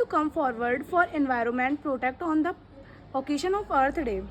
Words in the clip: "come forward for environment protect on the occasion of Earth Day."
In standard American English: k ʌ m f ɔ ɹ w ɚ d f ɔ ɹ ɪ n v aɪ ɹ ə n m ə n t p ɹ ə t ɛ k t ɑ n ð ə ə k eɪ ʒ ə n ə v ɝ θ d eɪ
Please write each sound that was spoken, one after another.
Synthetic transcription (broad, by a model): k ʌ m f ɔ ɹ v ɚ d f ɔ ɹ ɪ n v aɪ ɹ ə n m ə n t p ɹ ə t ɛ k t ɑ n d ə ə k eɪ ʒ ə n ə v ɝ t d eɪ